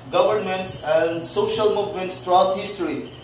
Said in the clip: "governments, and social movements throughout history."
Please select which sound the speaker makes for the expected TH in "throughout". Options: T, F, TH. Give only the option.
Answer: T